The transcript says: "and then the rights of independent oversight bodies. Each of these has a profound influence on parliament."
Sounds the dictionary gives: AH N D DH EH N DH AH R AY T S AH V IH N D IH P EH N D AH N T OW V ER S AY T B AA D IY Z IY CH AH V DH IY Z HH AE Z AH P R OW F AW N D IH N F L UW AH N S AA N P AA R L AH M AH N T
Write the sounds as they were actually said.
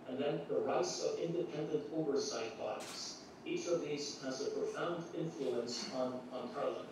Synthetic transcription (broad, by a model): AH N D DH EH N DH AH R AY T S AH V IH N D IH P EH N D AH N T OW V ER S AY T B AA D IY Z IY CH AH V DH IY Z HH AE Z AH P R OW F AW N D IH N F L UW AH N S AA N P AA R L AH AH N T